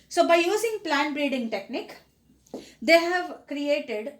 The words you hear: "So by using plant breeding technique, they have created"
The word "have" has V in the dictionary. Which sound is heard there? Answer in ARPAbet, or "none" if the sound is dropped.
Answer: V